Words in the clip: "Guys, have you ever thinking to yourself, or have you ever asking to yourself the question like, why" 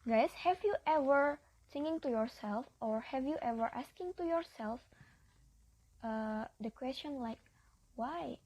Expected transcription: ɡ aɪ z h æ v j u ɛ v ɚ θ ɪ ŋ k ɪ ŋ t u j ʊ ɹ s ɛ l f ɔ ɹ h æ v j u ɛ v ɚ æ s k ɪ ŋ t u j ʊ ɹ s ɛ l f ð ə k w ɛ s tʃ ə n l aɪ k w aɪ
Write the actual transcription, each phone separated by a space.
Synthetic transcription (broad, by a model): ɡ aɪ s h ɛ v j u ɛ v ɚ s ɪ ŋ ɪ ŋ t u j ʊ ɹ s ɛ l f ɔ ɹ h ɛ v j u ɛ v ɚ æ s k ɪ ŋ t u j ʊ ɹ s ɛ l f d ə k w ɛ s tʃ ə n l aɪ k w aɪ